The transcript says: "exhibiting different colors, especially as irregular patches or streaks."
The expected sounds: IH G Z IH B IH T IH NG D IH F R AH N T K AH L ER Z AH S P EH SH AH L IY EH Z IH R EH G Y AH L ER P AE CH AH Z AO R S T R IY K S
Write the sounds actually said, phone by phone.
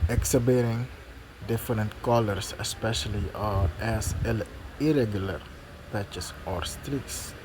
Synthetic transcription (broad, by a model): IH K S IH B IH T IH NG D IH F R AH N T K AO L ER S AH S P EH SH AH L IY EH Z IH R EH G Y AH L ER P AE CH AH S AO R S T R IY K S